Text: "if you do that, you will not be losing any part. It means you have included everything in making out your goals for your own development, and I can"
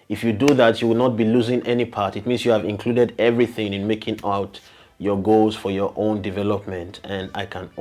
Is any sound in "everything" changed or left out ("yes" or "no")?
no